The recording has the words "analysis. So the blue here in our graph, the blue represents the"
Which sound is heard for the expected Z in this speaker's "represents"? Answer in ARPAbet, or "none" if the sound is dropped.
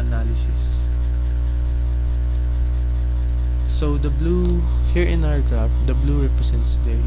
S